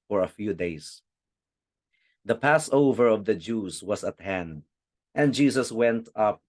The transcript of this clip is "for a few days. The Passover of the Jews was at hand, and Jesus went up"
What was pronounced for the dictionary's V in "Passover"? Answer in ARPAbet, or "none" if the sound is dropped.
V